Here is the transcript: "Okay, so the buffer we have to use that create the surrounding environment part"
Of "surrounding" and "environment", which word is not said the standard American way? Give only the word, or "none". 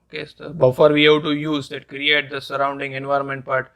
none